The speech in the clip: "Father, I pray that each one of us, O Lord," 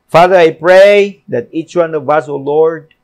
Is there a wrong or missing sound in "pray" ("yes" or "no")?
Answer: no